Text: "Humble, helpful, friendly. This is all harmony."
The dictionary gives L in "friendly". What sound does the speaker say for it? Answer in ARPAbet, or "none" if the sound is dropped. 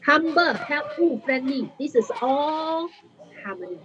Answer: none